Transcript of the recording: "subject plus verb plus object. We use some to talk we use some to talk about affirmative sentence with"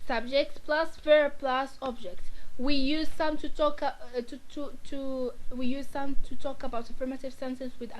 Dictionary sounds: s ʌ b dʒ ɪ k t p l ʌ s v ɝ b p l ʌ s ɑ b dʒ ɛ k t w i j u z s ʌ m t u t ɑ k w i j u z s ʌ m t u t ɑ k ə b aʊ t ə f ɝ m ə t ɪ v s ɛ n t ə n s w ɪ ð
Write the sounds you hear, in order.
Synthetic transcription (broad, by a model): s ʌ b dʒ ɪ k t p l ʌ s f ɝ p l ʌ s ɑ b dʒ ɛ k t w i j u z s ʌ m t u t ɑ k w i j u z s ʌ m t u t ɑ k ə b aʊ t ə f ɝ m ə t ɪ v s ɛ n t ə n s w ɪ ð